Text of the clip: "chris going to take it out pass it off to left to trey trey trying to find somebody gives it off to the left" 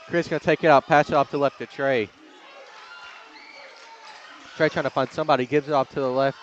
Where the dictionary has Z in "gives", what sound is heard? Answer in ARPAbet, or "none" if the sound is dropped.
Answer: Z